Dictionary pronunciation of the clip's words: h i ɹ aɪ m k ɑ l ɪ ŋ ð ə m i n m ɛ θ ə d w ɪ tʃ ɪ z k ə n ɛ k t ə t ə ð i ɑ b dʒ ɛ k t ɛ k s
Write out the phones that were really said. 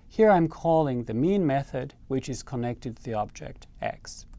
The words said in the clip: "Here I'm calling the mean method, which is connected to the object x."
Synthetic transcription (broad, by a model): h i ɹ aɪ m k ɑ l ɪ ŋ ð ə m i n m ɛ θ ə d w ɪ tʃ ɪ z k ə n ɛ k t ə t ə ð i ɑ b dʒ ɛ k t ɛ k s